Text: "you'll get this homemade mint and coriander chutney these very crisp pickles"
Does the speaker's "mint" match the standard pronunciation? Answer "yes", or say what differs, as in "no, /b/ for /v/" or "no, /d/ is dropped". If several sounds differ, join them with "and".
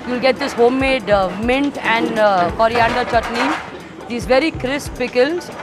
yes